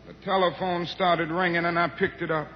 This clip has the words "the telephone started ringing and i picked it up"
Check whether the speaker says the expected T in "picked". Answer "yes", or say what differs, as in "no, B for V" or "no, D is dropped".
yes